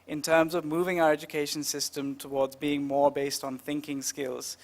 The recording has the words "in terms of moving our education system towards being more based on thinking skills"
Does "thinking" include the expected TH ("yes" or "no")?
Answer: yes